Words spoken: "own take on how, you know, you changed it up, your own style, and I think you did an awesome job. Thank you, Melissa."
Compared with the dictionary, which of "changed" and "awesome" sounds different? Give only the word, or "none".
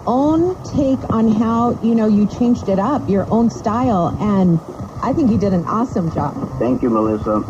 none